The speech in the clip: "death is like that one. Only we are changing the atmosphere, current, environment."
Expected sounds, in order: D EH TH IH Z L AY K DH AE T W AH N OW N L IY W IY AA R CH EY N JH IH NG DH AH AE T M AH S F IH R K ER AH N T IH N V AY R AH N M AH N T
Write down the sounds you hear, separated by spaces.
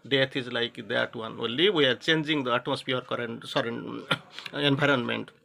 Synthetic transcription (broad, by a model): D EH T IH Z L AY K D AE T W AH N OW L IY W IY AA R CH EY N JH IH NG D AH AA T AH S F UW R K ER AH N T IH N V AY R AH N M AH N T